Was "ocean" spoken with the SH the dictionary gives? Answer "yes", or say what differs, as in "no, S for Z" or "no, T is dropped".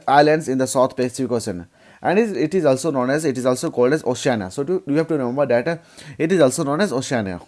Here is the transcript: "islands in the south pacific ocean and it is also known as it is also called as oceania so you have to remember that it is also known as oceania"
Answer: no, S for SH